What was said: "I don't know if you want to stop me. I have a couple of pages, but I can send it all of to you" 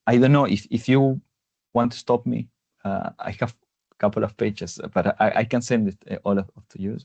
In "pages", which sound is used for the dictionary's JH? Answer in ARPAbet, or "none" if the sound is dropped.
CH